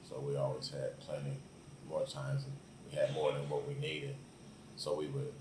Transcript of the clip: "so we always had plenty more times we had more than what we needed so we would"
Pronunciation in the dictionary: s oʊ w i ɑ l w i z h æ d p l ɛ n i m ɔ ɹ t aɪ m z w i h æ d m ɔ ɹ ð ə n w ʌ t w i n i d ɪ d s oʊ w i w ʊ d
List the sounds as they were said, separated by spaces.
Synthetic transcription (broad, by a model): s oʊ w i ɑ l w i z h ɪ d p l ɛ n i m ɔ ɹ t aɪ m z w i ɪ d m ɔ ɹ ð ə n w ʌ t w i n i d ɪ d s oʊ w i w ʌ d